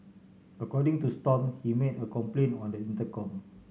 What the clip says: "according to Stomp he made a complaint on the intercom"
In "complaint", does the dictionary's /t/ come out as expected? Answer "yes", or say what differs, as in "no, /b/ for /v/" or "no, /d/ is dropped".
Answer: no, /t/ is dropped